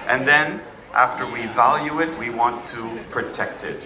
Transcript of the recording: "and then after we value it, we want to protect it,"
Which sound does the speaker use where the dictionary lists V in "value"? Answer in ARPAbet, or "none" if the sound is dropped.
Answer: V